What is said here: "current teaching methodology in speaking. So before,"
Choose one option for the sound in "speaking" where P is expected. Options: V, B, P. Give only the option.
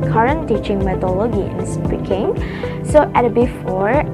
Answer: B